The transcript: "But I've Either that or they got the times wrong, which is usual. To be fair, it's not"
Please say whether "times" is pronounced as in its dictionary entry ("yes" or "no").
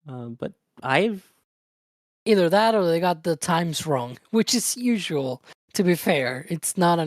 yes